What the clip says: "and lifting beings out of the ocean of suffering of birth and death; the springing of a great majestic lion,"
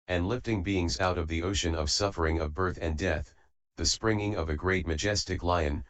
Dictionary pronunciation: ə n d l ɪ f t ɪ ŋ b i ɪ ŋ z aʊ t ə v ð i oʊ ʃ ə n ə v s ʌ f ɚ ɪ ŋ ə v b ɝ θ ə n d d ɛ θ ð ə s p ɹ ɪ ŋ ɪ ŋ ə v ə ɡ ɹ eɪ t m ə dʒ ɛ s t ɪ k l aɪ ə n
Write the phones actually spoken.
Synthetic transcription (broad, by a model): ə n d l ɪ f t ɪ ŋ b i ɪ ŋ z aʊ t ə v ð i oʊ ʃ ə n ə v s ʌ f ɚ ɪ ŋ ə v b ɝ θ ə n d d ɛ θ ð ə s p ɹ ɪ ŋ ɪ ŋ ə v ə ɡ ɹ eɪ t m ə dʒ ɛ s t ɪ k l aɪ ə n